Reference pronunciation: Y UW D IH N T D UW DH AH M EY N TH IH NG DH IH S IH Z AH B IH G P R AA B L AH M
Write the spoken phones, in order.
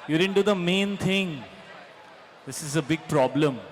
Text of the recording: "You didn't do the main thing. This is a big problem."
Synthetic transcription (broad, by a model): Y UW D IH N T D UW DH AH M EY N T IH NG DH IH S IH Z AH B IH G P R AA B L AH M